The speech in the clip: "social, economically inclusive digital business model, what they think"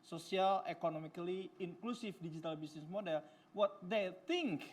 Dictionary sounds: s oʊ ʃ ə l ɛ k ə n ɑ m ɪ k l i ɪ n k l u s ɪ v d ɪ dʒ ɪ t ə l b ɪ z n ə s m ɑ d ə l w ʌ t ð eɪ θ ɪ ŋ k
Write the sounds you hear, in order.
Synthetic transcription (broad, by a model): s oʊ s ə l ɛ k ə n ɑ m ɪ k l i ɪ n k l u s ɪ f d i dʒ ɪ t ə l b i s n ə s m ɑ d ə l w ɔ t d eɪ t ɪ ŋ k